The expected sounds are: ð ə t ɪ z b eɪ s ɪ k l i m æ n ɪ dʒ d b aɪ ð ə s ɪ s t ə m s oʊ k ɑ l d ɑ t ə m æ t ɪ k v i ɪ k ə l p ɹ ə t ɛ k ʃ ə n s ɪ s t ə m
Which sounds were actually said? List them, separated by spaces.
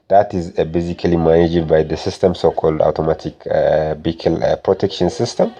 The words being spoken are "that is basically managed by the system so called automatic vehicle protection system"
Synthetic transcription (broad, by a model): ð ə t ɪ z b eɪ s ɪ k l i m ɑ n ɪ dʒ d b aɪ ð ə s ɪ s t ə m s oʊ k ɑ l d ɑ t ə m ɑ t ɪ k b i k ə l p ɹ ə t ɛ k ʃ ə n s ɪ s t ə m